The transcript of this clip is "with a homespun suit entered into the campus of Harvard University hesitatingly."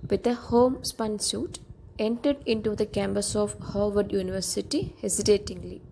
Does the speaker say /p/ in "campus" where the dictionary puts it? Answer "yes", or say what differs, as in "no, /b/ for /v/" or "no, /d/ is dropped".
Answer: no, /b/ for /p/